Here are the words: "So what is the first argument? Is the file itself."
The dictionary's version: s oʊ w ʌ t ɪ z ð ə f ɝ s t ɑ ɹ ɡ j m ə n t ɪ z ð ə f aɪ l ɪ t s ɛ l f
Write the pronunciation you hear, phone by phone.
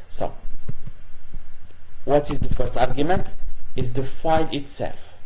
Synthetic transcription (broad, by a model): s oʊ w ʌ t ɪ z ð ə f ɝ s t ɑ ɹ ɡ j m ə n t ɪ z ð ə f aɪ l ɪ t s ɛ l f